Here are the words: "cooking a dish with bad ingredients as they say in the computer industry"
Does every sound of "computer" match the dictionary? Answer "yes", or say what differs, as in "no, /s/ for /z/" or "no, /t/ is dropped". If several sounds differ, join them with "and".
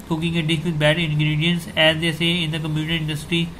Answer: no, /p/ is dropped